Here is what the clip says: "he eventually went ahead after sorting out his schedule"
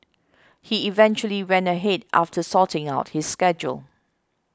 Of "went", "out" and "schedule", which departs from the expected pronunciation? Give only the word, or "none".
went